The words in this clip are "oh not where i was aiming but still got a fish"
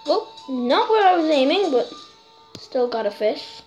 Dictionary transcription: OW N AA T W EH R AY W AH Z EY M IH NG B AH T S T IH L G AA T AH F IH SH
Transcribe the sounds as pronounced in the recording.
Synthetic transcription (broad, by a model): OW N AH T W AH R AY W AH Z EY M IH NG B AH T S T IH L G AA T AH F IH SH